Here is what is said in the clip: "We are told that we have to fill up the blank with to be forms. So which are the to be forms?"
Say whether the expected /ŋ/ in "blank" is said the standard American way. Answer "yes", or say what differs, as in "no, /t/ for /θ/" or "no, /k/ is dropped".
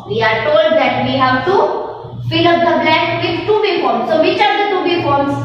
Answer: no, /ŋ/ is dropped